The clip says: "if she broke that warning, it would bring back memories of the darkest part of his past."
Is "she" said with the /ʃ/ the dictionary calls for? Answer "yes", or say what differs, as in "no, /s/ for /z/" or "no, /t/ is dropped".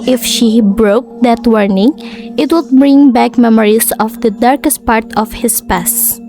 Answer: yes